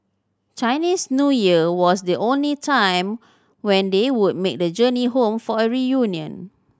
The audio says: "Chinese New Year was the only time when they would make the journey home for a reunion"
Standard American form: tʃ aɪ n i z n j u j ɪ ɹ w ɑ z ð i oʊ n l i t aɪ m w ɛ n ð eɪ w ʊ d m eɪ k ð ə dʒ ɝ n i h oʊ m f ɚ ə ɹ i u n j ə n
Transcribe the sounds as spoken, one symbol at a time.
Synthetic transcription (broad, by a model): tʃ aɪ n i s n j u j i w ɑ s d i oʊ n l i t aɪ m w ɛ n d eɪ w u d m eɪ k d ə dʒ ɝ n i h oʊ m f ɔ ə ɹ i u n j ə n